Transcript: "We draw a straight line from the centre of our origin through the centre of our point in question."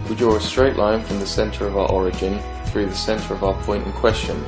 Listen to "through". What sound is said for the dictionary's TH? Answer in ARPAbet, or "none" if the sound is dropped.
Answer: TH